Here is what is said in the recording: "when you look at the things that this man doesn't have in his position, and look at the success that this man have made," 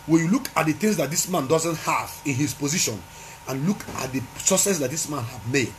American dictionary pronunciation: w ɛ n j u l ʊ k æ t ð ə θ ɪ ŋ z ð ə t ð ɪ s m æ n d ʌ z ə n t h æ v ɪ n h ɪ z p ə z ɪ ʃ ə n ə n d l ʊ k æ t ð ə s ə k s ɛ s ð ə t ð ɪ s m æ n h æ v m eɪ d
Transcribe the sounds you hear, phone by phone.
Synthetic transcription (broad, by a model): w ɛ n j u l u k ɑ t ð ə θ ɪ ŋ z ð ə t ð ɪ s m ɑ n d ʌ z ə n t h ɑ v ɪ n h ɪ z p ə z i ʃ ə n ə n l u k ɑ t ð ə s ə s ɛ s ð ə t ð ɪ s m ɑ n h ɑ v m eɪ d